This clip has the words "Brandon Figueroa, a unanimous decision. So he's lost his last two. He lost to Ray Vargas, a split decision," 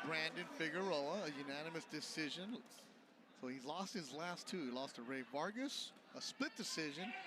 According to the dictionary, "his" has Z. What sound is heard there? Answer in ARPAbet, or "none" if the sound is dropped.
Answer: Z